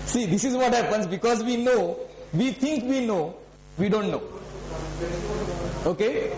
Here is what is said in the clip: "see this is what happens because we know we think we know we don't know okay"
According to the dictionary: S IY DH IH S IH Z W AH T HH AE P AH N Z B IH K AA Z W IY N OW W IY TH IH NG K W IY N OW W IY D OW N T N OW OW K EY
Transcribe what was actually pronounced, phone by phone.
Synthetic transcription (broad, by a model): S IY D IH S IH Z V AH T HH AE P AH N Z B IH K AA Z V IY N OW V IY T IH NG K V IY N OW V IY D OW N T N OW OW K EY